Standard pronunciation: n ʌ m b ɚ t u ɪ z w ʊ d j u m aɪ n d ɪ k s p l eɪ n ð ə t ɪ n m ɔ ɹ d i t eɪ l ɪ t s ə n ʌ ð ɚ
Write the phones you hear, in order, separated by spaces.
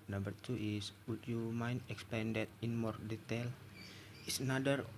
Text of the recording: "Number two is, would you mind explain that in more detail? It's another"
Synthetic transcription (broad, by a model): n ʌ m b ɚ t u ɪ s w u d j u m aɪ n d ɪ k s p eɪ n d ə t ɪ n m ɔ ɹ d i t eɪ l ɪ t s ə n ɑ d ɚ